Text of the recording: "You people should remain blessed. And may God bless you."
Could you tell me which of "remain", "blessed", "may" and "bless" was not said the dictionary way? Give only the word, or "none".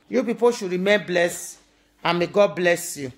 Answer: blessed